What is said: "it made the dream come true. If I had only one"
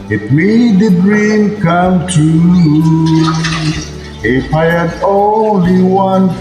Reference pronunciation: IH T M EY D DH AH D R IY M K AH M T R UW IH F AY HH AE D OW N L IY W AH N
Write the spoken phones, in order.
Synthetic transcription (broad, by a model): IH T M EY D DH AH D R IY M K AH M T UW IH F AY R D OW N L IY W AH N